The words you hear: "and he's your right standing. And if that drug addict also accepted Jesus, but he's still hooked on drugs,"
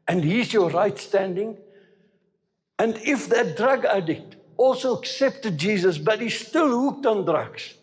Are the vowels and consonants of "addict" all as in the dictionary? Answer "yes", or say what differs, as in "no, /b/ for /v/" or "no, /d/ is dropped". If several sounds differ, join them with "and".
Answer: yes